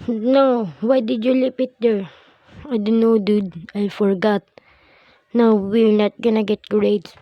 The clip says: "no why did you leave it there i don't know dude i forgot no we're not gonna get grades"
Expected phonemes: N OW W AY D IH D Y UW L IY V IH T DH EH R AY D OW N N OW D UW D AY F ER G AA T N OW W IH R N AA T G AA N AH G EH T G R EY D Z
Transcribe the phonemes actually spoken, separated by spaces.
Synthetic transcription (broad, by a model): N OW W AY D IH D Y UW L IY P IH T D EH R AY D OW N N OW D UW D AY F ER G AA T N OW W IH R N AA T G AA N AH G EH T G R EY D